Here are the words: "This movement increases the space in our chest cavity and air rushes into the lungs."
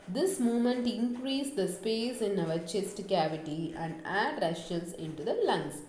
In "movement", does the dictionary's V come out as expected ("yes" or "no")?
no